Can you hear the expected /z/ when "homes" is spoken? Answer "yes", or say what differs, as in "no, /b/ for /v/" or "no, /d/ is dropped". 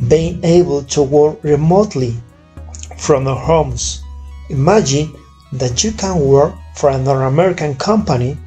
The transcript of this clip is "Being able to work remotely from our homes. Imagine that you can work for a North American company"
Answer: no, /s/ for /z/